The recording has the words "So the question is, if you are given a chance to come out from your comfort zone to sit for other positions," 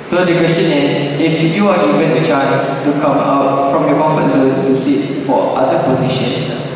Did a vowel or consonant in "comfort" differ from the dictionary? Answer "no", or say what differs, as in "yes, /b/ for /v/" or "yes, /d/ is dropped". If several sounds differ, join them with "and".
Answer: yes, /m/ is dropped